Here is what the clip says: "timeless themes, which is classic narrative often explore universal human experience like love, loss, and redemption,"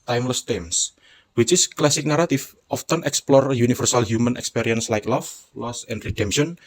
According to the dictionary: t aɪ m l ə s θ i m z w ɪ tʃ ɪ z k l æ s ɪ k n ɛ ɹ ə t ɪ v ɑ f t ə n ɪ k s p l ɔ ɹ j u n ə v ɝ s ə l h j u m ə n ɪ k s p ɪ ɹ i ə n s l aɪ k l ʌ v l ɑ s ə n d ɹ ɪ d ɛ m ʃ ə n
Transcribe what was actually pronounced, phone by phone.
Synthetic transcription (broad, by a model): t aɪ m l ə s t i m s w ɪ tʃ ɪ s k l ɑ s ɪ k n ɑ ɹ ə t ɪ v ɑ f t ə n ɪ k s p l ɔ ɹ j u n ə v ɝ s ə l h j u m ə n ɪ k s p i ɹ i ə n s l aɪ k l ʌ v l ɑ s ə n d ɹ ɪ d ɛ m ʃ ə n